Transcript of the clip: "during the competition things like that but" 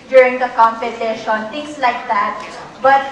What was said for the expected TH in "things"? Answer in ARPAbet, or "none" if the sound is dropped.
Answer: T